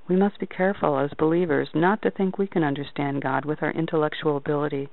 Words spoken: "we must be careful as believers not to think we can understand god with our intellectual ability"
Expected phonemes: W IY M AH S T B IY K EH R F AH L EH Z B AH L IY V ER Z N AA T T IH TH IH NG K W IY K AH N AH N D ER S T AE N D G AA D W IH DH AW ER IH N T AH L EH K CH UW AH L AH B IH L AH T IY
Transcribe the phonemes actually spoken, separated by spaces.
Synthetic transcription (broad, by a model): W IY M AH S T B IY K EH R F L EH Z B AH L IY V ER Z N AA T T IH TH IH NG K W IY K AH N AH N D ER S T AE N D G AA D W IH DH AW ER IH N T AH L EH K CH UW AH L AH B IH L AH T IY